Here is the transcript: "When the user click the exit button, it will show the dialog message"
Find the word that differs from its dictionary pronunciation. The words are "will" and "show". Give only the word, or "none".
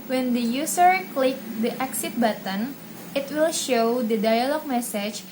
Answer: none